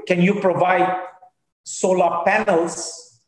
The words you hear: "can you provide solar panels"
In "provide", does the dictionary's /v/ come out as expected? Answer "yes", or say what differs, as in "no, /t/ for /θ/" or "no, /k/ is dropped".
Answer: yes